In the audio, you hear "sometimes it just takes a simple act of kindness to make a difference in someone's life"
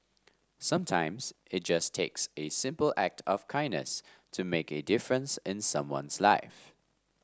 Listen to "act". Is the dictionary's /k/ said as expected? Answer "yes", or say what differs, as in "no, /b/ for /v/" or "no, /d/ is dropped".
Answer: yes